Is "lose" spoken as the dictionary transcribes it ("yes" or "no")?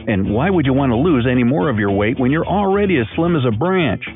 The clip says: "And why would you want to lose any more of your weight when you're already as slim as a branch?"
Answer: yes